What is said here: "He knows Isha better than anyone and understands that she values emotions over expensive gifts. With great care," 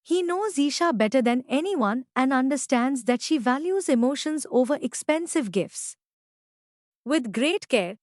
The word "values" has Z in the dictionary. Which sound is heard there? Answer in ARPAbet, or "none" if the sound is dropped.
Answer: Z